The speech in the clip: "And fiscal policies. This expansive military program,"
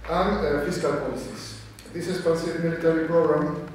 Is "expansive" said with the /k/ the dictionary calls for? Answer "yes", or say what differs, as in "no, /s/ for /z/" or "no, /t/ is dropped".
no, /k/ is dropped